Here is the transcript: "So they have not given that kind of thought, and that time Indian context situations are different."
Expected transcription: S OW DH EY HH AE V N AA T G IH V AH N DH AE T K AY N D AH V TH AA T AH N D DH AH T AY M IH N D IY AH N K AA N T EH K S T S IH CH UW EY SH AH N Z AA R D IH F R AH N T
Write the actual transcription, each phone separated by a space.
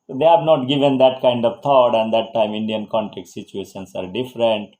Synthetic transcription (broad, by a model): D EY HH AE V N AA T G IH V AH N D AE T K AY N D AH V T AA T AH N D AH T AY M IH N D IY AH N K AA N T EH K T S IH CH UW EY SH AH N S AA R D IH F R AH N T